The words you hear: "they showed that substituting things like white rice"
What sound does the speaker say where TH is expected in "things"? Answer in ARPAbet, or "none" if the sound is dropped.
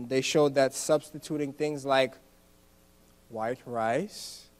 TH